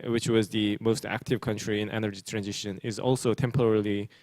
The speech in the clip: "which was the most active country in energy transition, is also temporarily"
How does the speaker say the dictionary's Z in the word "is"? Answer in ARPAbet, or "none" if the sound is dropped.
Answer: Z